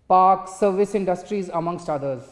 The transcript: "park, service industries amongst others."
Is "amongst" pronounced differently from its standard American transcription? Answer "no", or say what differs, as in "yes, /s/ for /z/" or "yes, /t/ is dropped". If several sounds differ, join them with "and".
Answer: no